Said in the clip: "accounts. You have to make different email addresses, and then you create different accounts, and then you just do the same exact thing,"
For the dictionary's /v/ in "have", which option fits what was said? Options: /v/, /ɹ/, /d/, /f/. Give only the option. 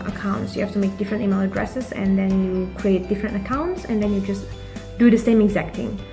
/f/